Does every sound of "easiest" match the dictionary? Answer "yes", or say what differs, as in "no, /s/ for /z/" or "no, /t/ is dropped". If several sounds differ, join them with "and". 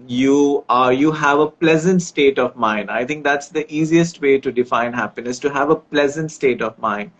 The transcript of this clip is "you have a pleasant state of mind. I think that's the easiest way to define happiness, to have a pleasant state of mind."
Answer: yes